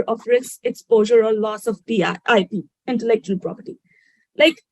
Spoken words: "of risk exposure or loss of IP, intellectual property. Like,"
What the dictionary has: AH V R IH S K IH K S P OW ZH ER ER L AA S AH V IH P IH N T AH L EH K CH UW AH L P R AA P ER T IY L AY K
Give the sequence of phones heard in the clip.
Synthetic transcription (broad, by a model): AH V R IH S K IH K S P OW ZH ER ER L AA S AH P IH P IH N T AH L EH K CH UW AH L P R AA P ER T IY L AY K